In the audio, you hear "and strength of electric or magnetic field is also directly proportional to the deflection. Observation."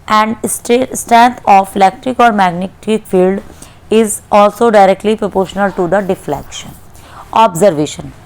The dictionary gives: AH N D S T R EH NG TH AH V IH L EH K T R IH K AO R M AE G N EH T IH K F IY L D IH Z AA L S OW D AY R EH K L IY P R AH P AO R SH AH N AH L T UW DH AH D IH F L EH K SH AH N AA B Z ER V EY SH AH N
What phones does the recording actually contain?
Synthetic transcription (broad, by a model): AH N D S T R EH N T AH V IH L EH K T R IH K AO R M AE G N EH T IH K F IY L D IH Z AA L S OW D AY R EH K L IY P R AH P AO R SH AH N AH L T UW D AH D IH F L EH K SH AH N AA B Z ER V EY SH AH N